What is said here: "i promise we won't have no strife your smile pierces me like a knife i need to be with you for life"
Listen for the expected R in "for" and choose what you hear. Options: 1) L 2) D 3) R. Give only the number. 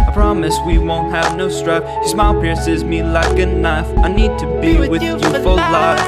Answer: 1